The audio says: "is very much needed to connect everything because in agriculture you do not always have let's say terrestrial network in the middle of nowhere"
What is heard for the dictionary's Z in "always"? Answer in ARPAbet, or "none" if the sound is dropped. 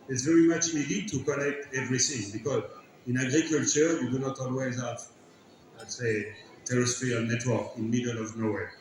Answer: Z